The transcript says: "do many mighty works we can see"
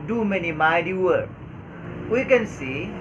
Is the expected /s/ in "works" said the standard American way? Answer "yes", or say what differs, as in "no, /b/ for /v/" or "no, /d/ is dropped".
no, /s/ is dropped